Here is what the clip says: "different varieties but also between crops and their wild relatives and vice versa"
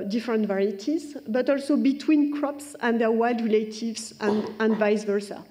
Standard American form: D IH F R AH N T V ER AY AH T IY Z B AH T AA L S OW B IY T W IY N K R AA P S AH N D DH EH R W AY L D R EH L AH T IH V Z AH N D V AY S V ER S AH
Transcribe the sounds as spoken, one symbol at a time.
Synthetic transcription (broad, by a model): D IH F R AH N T V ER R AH T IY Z B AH T AA L S OW B IY T W IY N K R AA P S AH N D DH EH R W AY L D R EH L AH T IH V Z AH N D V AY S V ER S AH